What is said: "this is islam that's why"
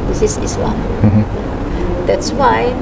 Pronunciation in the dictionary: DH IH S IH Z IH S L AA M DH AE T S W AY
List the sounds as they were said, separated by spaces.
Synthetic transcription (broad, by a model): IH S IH S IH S L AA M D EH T S W AY